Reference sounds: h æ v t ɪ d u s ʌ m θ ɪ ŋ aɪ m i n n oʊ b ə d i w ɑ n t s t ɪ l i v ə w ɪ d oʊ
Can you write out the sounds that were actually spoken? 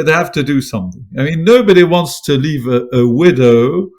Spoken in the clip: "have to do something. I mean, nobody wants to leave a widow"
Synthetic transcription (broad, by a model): h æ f t ɪ d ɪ s ʌ m θ ɪ ŋ aɪ m i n n oʊ b ə d i w ɑ n t s t ɪ l i v ə w ɪ d oʊ